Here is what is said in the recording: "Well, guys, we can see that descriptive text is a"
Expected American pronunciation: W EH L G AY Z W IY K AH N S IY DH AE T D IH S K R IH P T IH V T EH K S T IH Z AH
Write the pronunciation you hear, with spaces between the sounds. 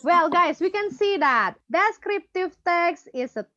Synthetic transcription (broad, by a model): W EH L G AY S W IY K AH N S IY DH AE T D IH S K R IH P T IH V T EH K S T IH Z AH